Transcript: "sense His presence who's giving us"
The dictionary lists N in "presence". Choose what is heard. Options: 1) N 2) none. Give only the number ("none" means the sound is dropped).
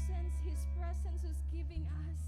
1